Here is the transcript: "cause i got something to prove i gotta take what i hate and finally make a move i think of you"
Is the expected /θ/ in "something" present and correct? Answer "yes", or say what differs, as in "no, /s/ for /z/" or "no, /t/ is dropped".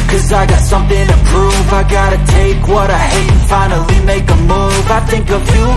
yes